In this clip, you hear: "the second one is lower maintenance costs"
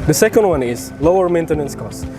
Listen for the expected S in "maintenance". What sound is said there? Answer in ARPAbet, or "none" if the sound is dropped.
S